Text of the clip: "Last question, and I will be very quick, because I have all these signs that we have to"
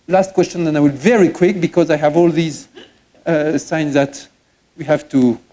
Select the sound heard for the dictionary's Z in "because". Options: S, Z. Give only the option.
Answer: Z